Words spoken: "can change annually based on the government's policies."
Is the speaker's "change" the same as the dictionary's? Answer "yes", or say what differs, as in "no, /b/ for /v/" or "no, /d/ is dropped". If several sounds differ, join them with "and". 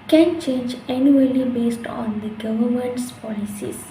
yes